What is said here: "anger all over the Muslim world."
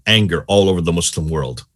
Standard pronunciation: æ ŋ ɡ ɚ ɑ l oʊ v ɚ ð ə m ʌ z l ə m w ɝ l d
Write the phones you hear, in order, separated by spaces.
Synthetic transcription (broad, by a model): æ ŋ ɡ ɚ ɑ l oʊ v ɚ ð ə m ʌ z l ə m w ɝ l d